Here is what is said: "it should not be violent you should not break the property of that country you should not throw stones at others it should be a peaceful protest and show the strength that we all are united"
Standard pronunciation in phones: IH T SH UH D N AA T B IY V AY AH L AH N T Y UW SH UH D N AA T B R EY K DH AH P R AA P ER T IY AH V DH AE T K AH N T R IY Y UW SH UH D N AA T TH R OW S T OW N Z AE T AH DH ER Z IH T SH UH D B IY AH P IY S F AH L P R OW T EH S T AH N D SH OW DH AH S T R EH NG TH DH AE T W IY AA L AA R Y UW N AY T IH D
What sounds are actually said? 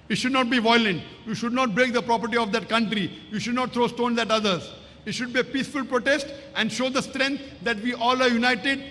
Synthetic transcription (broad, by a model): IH T SH UH D N AA T B IY V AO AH L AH N T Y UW SH UH D N AA T B R EY K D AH P R AA P ER T IY AH V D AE T K AH N T R IY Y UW SH UH D N AA T T R OW S T OW N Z AE T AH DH ER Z IH T SH UH D B IY AH P IY S F AH L P R OW T EH S T AH N D SH OW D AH S T R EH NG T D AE T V IY AA L AA R Y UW N AY T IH D